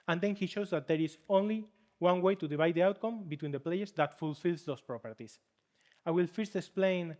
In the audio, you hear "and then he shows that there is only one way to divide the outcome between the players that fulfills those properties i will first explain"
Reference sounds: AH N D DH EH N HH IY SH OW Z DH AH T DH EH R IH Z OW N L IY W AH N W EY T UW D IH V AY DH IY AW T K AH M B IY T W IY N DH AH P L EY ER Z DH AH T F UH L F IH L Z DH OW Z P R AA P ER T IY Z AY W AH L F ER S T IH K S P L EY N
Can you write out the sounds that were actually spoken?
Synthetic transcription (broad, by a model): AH N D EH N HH IY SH OW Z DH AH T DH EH R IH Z OW N L IY W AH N W EY T UW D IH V AY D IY AW T K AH M B IY T W IY N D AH P L EY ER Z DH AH T F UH L F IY L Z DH OW S P R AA P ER T IY S AY W AH L F ER S T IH K S P L EY N